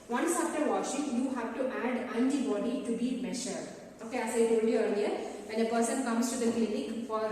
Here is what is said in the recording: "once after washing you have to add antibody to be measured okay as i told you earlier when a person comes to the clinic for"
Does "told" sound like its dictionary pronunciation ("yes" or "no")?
no